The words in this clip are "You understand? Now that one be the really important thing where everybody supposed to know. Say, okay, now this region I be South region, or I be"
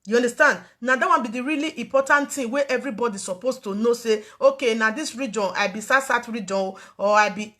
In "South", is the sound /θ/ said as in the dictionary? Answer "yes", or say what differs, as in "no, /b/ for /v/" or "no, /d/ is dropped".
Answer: no, /t/ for /θ/